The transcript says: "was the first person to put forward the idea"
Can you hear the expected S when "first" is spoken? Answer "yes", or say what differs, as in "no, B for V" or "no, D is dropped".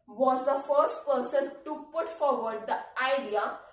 yes